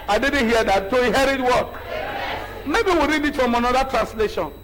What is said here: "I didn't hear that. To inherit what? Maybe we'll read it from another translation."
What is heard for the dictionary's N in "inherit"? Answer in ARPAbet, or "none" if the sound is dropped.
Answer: none